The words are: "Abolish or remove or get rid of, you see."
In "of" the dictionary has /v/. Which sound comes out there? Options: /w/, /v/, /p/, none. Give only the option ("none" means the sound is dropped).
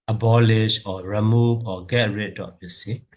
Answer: /p/